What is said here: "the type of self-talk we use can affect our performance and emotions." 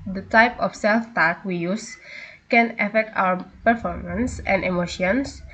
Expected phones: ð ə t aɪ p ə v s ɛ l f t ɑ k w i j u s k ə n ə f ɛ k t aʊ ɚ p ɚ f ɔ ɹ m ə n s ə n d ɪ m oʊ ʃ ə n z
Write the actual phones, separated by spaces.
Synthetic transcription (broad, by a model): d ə t aɪ p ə f s ɛ l f t ɑ k w i j u s k ə n ə f ɛ k t aʊ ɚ p ɚ f ɔ ɹ m ə n s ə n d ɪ m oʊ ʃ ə n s